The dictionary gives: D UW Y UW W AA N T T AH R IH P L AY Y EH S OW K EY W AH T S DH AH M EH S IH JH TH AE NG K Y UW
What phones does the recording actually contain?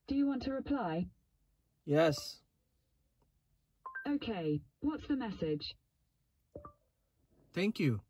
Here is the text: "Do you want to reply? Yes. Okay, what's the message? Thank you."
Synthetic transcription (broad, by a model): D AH Y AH W AA N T T AH R IH P L AY Y EH S OW K EY W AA T S DH AH M EH S IH JH TH AE NG K Y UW